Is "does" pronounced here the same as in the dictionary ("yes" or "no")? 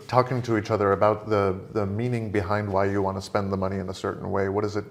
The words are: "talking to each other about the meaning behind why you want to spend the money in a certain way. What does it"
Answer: yes